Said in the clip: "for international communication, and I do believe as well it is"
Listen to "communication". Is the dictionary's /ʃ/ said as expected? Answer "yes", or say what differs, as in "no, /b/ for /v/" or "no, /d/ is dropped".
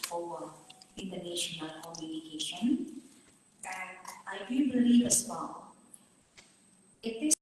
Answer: yes